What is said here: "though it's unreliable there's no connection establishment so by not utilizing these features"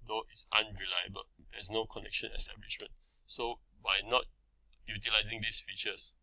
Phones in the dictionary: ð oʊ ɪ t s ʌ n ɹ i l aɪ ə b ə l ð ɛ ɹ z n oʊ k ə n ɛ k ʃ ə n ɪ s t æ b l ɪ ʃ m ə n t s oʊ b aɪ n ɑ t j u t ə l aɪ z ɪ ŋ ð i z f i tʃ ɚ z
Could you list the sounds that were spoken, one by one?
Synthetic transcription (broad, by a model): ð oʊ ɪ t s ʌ n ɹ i l aɪ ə b ə l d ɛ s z n oʊ k ə n ɛ k ʃ ə n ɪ s t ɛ b l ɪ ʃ m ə n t s oʊ b aɪ n ɑ t j u t ə l aɪ z ɪ ŋ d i s f i tʃ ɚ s